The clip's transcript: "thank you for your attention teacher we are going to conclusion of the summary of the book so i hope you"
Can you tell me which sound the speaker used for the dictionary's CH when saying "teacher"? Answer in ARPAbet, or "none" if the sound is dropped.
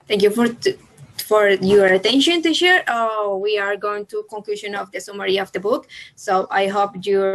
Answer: SH